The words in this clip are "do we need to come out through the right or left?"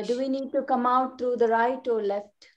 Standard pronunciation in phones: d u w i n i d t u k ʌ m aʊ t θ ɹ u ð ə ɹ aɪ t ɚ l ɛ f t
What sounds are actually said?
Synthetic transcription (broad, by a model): d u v i n i d t u k ʌ m aʊ t t ɹ u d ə ɹ aɪ t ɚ l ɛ f t